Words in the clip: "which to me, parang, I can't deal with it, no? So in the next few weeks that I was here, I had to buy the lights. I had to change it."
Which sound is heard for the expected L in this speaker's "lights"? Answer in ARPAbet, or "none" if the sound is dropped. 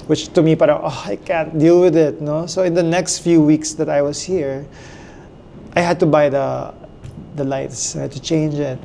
L